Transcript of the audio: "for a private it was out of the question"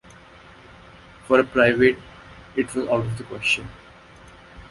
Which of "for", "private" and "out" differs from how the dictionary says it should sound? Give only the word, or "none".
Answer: none